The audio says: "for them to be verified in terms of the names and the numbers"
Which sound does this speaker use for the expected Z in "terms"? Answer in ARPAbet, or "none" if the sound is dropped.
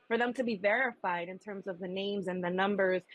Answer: Z